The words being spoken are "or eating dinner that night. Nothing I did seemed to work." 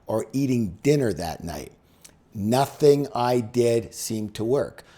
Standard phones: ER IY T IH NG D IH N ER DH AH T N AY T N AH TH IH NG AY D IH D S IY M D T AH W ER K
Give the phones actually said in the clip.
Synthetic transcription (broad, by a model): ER IY T IH NG D IH N ER DH AH T N AY T N AH TH IH NG AY D IH D S IY M T AH W ER K